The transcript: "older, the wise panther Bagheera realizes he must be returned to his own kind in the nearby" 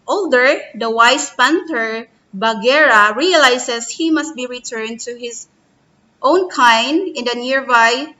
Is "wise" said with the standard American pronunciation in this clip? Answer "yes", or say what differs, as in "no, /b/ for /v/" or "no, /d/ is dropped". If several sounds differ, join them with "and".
no, /s/ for /z/